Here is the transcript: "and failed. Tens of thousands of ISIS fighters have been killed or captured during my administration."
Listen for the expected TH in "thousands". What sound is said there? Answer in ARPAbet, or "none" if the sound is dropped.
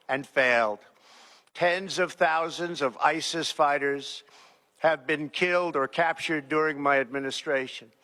TH